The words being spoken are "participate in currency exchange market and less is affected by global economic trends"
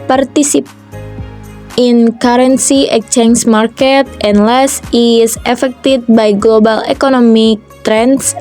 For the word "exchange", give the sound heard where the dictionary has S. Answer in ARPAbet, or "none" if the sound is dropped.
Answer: none